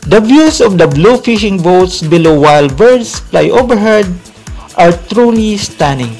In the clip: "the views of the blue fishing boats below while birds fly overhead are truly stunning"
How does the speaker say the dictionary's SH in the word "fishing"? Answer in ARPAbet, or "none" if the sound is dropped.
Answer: SH